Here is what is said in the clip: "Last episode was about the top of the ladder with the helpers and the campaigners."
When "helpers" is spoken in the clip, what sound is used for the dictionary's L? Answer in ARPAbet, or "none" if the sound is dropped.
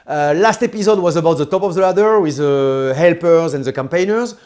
L